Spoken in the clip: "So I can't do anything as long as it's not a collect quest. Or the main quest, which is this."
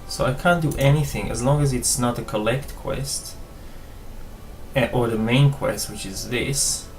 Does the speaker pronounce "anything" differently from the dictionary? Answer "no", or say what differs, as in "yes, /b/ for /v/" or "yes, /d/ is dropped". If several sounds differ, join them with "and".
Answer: no